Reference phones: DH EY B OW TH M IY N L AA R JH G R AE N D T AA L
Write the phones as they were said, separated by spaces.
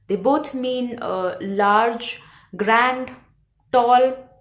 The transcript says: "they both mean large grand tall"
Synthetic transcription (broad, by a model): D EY B OW T M IY N L AA R JH G R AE N D T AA L